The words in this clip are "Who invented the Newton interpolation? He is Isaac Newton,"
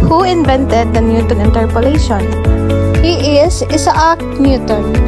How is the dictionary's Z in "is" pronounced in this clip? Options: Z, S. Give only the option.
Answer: S